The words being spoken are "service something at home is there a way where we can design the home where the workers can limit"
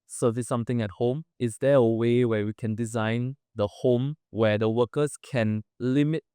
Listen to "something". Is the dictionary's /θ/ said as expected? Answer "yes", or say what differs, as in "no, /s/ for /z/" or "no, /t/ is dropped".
no, /t/ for /θ/